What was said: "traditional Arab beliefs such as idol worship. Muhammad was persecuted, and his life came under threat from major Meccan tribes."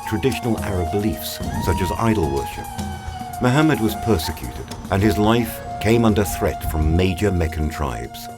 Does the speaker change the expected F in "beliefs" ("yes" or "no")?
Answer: no